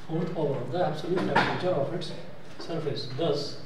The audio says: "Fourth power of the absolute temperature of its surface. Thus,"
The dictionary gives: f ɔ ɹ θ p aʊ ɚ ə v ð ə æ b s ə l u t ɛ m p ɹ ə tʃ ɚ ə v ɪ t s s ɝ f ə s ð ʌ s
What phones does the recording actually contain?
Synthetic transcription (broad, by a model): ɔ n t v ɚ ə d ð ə æ b s ə l u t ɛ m ɹ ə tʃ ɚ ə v ɪ t s s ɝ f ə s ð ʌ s